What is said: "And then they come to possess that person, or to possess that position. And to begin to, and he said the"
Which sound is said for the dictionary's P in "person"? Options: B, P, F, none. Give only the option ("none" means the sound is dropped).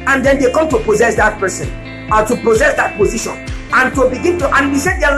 P